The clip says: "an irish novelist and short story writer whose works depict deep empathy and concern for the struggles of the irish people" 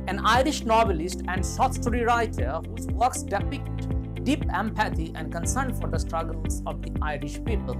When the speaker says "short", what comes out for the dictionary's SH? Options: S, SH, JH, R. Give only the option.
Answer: S